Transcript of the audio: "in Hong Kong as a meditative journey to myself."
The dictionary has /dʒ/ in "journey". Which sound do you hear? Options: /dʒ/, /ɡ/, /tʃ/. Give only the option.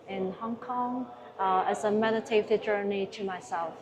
/dʒ/